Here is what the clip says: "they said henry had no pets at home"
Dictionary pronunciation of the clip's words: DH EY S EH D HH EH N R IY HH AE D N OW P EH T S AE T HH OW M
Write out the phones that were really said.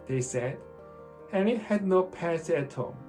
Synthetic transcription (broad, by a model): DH EY S EH D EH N IY HH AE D N OW P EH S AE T HH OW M